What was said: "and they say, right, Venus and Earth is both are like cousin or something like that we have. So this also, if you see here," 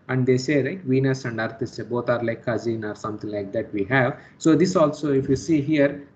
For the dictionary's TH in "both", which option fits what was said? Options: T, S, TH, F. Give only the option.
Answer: T